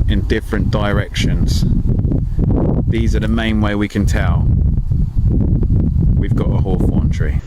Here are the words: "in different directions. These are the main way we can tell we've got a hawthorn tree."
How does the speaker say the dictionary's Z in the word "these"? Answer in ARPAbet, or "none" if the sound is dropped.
Z